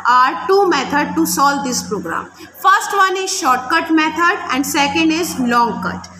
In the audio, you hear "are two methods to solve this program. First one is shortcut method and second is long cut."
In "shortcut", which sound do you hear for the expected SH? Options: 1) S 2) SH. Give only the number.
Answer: 2